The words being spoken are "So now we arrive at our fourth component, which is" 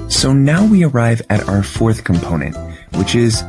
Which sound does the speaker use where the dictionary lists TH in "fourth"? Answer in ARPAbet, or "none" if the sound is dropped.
TH